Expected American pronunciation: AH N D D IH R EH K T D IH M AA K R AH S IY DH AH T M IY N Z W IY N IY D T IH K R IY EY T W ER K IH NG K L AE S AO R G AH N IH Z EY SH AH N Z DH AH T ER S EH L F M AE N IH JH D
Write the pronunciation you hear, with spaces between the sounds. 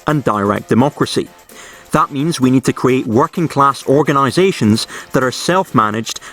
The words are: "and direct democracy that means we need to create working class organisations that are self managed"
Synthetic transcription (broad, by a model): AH N D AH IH R EH K D IH M AA K R AH S IY DH AH T M IY N Z W IY N IY D T IH K R IY EY T W ER K IH NG K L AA S AO R G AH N IH Z EY SH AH N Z DH AH T ER S EH L F M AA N IH JH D